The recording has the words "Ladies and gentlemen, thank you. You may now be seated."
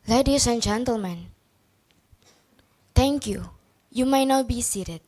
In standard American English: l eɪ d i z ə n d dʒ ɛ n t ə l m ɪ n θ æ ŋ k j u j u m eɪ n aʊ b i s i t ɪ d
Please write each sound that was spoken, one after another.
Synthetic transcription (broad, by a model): l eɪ d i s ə n dʒ ɛ n t ə l m ɪ n t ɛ ŋ k j u j u m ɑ n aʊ b i s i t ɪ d